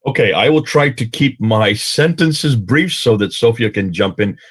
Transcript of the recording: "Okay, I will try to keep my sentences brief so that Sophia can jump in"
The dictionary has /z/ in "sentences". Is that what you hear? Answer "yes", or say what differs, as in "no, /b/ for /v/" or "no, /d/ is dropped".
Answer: yes